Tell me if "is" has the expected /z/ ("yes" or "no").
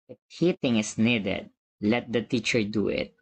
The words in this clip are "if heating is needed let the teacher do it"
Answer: no